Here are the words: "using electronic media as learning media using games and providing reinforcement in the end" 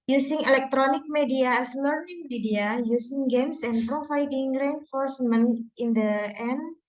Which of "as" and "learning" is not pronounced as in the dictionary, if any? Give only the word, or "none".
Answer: as